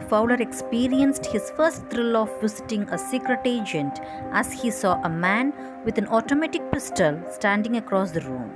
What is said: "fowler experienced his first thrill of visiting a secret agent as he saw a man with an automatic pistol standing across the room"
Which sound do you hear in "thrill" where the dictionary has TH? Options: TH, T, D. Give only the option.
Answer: T